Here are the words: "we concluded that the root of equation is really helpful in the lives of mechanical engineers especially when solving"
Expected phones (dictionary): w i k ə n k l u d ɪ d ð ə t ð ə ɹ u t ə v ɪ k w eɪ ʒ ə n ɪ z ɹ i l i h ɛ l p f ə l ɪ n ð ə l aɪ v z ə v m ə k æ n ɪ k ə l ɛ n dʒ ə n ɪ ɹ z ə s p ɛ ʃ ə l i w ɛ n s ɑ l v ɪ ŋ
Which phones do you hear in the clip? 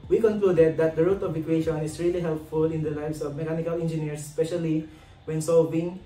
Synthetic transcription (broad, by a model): w i k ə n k l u d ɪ d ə t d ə ɹ u t ə v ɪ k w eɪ ʃ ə n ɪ s ɹ i l i h ɛ l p f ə l ɪ n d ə l aɪ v s ə v m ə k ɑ n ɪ k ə l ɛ n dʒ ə n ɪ ɹ s ə s p ɛ ʃ ə l i w ɛ n s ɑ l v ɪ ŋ